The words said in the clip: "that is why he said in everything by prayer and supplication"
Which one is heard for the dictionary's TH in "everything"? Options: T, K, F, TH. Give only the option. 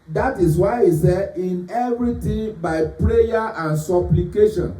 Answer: T